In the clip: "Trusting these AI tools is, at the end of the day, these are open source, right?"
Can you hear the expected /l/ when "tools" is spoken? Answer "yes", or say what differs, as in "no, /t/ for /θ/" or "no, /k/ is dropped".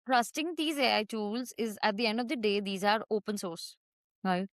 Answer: yes